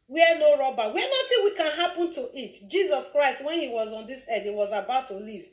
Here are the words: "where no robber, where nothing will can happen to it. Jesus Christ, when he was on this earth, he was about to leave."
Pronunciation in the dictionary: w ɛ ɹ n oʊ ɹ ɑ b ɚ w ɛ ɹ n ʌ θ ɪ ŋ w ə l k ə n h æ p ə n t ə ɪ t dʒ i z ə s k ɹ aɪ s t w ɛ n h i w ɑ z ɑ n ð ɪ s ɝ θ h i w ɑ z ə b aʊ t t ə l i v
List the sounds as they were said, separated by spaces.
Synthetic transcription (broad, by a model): w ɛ n oʊ ɹ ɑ b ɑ w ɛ n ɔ t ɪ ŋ w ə k ə n h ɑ p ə n t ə ɪ t dʒ i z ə s k ɹ aɪ s t w ɛ n h i w ɑ z ɑ n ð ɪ s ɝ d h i w ɑ z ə b aʊ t t ə l i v